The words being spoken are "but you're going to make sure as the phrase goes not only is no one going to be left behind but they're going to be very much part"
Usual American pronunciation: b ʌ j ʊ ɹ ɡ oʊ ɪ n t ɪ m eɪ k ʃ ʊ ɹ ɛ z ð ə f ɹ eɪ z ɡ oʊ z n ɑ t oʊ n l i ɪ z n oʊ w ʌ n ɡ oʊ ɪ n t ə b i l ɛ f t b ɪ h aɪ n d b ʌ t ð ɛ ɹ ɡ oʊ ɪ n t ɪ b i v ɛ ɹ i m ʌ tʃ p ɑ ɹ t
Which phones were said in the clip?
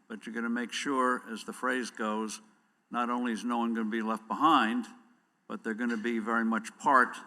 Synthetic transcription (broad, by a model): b ʌ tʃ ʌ ɹ ɡ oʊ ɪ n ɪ m eɪ k ʃ ʊ ɹ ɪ z ð ə f ɹ eɪ z ɡ oʊ z n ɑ t oʊ n l i ɪ z n oʊ w ʌ n ɡ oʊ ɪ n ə b i l ɛ f t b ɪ h aɪ n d b ʌ t ð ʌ ɹ ɡ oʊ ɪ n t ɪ b i v ɛ ɹ i m ʌ tʃ p ɑ ɹ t